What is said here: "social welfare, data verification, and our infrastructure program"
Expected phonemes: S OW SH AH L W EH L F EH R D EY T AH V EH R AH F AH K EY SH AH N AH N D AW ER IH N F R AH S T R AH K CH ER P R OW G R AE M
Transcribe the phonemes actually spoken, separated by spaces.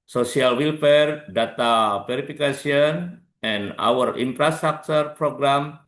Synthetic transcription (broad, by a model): S OW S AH L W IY L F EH R D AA T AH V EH R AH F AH K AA S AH N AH N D AW ER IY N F R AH S T R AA K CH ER P R OW G R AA M